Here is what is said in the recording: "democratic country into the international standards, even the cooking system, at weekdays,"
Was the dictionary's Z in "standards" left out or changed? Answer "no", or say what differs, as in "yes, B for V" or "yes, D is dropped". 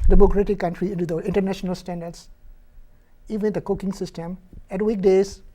yes, S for Z